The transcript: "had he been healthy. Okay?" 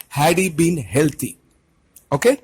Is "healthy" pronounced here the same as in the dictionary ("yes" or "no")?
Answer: no